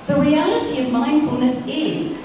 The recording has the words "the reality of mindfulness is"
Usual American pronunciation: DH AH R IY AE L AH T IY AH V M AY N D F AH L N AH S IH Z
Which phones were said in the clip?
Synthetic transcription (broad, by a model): DH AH R IY AE L AH T IY AH V M AY N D F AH L N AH S IH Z